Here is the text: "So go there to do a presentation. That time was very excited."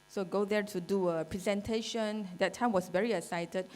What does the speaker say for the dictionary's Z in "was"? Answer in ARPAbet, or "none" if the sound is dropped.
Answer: S